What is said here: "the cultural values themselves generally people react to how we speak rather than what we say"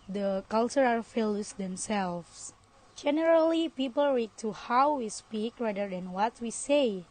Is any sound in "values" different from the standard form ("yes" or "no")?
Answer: yes